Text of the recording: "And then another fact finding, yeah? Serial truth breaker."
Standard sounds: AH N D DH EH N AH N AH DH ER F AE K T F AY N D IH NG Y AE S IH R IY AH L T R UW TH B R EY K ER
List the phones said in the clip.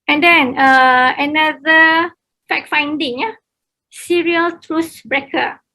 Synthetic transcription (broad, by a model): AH N D EH N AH N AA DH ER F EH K F AY N D IH NG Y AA S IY R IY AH L T R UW S B R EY K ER